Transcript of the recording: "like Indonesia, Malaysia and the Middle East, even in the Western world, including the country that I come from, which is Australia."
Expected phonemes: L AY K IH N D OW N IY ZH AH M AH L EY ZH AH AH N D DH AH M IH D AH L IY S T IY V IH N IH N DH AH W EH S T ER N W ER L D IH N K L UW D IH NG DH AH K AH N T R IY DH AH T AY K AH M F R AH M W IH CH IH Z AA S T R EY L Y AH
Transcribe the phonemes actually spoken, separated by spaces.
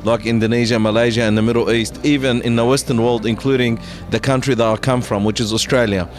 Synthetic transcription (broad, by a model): L AY K IH N D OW N IY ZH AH M AH L EY ZH AH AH N DH AH M IH D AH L IY S T IY V IH N IH N DH AH W EH S T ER N W ER L D IH N K L UW D IH NG DH AH K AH N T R IY DH AH T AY K AH M F R AH M W IH CH IH Z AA S T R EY L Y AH